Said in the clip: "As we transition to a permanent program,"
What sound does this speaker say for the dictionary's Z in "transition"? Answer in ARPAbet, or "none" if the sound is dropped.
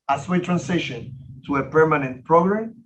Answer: S